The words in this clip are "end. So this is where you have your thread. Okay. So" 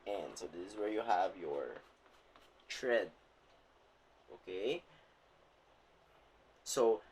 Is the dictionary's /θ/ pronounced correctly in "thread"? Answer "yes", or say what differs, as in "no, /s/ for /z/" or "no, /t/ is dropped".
no, /t/ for /θ/